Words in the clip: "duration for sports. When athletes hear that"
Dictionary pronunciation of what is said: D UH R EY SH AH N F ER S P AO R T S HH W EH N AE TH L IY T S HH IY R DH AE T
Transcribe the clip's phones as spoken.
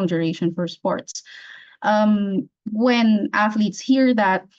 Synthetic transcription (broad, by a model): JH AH R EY SH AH N F ER S P AO R T S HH W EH N AE TH L IY T S HH IY R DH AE T